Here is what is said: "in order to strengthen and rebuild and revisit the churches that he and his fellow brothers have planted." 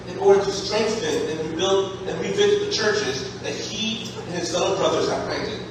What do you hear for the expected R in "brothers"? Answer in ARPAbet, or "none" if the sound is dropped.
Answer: R